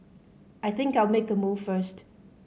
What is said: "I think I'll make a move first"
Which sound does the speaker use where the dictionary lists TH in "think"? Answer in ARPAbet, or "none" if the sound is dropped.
TH